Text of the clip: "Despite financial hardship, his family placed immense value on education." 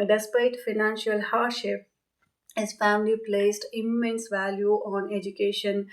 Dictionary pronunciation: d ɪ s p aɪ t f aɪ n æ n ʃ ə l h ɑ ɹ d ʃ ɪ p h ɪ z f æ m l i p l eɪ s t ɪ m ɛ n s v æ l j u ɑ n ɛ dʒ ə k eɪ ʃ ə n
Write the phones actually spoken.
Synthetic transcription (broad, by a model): d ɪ s p aɪ t f aɪ n æ n ʃ ə l h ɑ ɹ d ʃ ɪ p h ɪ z f æ m l i p l eɪ s t ɪ m ɛ n s v æ l j u ɑ n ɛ dʒ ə k eɪ ʃ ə n